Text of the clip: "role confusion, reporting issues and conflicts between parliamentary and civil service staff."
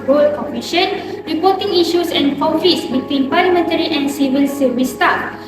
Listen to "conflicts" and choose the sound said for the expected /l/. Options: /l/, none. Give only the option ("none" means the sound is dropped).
none